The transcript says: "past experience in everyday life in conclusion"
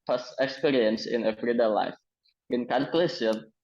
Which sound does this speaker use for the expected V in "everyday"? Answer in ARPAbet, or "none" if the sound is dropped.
F